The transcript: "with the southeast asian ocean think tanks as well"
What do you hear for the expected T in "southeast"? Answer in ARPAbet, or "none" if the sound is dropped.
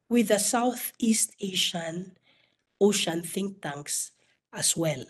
T